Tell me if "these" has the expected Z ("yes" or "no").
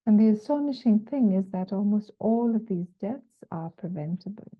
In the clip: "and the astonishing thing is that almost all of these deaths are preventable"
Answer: yes